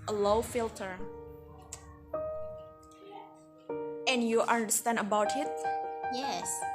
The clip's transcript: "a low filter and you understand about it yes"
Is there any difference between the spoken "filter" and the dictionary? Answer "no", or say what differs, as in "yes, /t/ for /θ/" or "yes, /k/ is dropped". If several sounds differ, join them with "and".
no